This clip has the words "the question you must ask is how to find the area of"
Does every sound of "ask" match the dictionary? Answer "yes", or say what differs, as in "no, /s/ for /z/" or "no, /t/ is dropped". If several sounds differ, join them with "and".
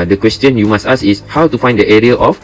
no, /k/ is dropped